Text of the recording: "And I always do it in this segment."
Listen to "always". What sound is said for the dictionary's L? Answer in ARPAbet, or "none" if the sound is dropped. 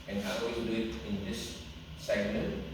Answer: none